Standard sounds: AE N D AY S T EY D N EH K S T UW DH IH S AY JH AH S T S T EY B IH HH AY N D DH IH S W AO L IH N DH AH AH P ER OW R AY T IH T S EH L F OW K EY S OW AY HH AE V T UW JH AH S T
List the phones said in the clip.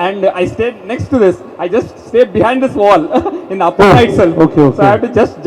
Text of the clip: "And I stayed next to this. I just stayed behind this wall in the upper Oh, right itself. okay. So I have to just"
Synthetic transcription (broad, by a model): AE N D AY S T EY D N EH K S T UW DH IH S AY JH AH S T S T EY B IH HH AY N D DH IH S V AO L IH N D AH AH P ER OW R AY IH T S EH L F OW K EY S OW AY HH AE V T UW JH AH S T